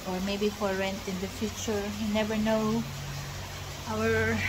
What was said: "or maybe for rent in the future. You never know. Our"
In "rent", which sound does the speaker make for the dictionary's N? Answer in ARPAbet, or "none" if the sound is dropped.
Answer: N